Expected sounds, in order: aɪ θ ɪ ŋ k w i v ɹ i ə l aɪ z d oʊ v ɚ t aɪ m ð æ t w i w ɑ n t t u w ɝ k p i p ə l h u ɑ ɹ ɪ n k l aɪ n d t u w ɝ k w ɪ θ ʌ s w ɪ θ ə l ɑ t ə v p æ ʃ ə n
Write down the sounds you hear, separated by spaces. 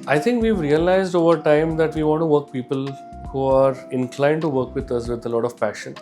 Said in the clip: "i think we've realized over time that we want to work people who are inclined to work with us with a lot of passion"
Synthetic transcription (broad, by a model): aɪ t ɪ ŋ k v i v ɹ i ə l aɪ z d oʊ v ɚ t aɪ m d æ t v i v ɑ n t t u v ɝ k p i p ə l h u ɑ ɹ ɪ n k l aɪ n d t u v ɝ k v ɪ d ʌ s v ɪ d ə l ɑ t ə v p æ ʃ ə n